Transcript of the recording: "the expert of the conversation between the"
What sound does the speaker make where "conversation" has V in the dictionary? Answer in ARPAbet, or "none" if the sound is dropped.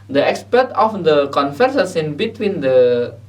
F